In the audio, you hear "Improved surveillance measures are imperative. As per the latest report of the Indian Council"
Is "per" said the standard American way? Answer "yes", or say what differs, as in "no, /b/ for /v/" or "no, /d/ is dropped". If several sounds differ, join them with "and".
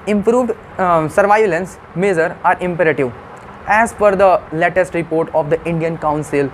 no, /f/ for /p/